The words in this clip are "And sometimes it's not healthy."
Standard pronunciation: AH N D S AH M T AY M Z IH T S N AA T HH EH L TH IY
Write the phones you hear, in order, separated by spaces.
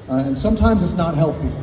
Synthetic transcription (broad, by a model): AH N S AH M T AY M Z IH T S N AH T HH EH L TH IY